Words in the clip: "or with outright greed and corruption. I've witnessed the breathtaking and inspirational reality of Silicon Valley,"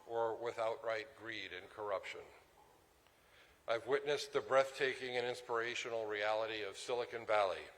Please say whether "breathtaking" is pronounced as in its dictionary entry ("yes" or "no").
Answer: yes